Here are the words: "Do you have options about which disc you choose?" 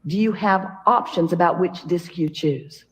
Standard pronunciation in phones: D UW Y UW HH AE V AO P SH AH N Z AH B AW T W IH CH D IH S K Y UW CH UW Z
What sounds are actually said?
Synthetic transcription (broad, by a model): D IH Y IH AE V AO P SH AH N Z AH B AW T W IH CH D IH S K Y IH CH UW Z